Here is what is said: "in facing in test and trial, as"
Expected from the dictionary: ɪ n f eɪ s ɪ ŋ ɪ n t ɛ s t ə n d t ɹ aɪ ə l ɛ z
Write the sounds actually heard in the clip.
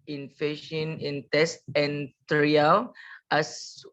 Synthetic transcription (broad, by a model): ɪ n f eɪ ʃ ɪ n ɪ n t ɛ s t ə n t ɹ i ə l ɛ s